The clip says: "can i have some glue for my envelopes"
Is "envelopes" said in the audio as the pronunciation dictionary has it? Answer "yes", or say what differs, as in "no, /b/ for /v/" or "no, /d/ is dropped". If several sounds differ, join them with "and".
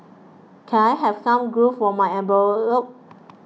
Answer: no, /b/ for /v/ and /s/ is dropped